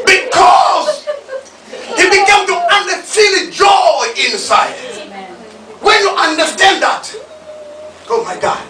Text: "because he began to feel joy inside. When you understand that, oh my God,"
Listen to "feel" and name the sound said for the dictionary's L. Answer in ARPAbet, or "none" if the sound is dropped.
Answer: N